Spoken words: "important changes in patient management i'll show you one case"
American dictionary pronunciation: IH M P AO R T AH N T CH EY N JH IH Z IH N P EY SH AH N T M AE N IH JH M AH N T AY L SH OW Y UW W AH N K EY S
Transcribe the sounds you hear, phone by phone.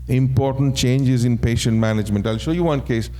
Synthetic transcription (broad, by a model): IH M P AO R T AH N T CH EY N JH IH Z IH N P EY SH AH N T M AE N IH JH M AH N T AY L SH OW Y UW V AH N K EY S